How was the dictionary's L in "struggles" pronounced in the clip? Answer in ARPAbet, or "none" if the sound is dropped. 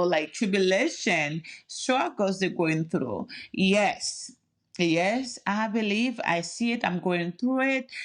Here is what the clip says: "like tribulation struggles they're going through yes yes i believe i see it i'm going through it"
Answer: none